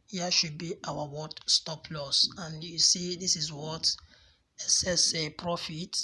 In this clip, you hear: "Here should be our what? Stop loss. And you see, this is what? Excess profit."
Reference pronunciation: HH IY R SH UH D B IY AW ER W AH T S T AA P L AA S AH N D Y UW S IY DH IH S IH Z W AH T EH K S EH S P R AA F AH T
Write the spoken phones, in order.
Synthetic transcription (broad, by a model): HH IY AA SH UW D B IY AW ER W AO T S T AA P L AA S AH N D Y UW S IY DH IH S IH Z W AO T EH S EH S P R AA F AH T